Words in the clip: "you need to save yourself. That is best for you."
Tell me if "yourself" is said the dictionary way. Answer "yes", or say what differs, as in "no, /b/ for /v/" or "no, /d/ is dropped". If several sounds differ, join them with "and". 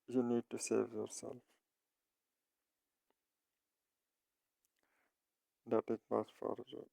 yes